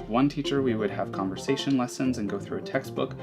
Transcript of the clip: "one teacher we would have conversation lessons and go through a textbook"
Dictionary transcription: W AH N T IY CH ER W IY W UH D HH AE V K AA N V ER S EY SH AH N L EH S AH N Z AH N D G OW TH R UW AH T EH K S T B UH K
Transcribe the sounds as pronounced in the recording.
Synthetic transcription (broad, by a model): W AH N T IY CH ER W IY W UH D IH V K AA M V ER S EY SH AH N L EH S AH N Z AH N G OW TH R UW AH T EH K S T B UH K